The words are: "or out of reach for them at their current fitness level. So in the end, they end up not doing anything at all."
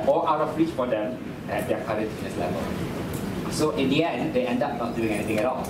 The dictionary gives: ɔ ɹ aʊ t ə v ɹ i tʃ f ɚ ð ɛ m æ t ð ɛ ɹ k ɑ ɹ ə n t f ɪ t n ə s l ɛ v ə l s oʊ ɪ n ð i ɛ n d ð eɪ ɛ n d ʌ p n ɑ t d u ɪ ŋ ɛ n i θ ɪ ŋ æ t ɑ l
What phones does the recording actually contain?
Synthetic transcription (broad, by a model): ɔ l aʊ t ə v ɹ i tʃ f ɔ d ɛ m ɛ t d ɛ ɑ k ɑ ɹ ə t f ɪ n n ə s l ɛ v ə l s oʊ ɪ n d i ɛ n d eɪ ɛ n d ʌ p n ɑ t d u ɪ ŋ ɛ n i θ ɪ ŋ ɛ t ɑ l